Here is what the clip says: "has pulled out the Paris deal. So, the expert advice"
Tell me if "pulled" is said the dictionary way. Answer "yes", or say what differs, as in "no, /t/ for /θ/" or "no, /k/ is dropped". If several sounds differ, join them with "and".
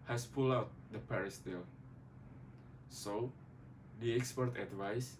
no, /d/ is dropped